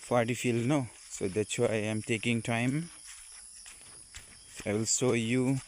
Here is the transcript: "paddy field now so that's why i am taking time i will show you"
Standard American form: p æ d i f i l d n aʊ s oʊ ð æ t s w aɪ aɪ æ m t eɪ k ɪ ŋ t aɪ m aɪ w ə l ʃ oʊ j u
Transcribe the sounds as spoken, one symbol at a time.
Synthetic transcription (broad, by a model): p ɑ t i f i l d n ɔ s oʊ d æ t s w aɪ aɪ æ m t eɪ k ɪ ŋ t aɪ m aɪ w ə l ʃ oʊ j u